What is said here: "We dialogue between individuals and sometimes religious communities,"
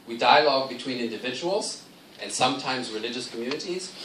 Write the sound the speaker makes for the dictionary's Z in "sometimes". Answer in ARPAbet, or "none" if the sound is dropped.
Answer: Z